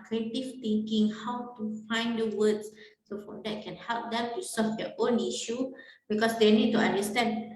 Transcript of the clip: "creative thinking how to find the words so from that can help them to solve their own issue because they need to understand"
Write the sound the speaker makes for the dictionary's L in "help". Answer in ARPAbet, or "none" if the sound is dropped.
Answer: L